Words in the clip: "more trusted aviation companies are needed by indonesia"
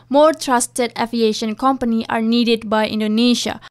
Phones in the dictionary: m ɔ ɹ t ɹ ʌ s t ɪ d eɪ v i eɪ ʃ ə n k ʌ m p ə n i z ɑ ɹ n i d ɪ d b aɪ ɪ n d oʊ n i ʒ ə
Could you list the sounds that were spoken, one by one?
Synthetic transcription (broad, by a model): m ɔ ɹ t ɹ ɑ s t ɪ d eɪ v i eɪ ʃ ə n k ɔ m p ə n i ɑ ɹ n i d ɪ d b aɪ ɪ n d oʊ n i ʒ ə